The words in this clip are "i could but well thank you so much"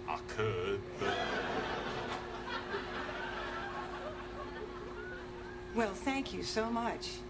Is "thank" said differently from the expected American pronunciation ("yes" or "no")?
no